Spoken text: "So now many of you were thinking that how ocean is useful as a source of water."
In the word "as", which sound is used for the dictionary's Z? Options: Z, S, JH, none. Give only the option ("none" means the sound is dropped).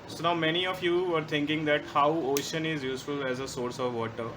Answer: Z